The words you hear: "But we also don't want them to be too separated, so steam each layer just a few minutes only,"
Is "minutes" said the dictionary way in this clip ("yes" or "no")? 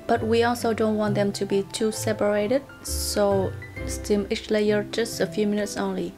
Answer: yes